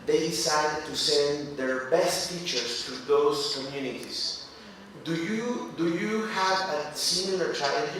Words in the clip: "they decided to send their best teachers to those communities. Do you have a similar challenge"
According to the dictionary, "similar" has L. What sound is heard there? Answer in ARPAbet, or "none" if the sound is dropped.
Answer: none